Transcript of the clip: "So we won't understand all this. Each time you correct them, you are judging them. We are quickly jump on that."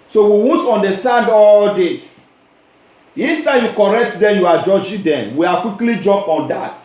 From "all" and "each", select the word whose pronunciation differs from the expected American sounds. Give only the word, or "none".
each